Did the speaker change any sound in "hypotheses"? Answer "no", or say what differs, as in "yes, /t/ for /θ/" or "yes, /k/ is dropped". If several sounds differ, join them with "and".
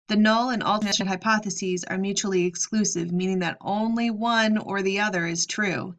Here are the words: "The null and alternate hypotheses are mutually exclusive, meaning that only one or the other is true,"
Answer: no